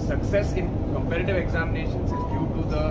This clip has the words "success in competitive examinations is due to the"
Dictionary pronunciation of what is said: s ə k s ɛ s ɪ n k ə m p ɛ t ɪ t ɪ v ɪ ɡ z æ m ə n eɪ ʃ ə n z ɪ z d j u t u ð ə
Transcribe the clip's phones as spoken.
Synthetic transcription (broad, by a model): s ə k s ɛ s ɪ n k ə m p ɛ t ɪ t ɪ v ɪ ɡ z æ m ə n eɪ ʃ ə n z ɪ z d j u t u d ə